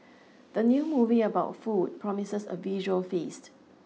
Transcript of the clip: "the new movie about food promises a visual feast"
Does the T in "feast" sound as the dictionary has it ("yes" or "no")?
yes